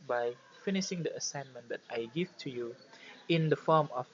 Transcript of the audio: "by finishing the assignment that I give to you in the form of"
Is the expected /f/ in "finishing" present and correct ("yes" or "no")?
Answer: yes